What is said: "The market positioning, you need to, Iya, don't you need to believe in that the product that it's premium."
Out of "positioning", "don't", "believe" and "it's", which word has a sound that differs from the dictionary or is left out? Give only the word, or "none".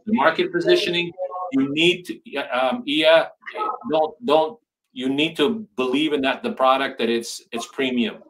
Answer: none